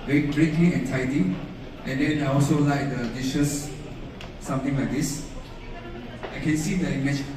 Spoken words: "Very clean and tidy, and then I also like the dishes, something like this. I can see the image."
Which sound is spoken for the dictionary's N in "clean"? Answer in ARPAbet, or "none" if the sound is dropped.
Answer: none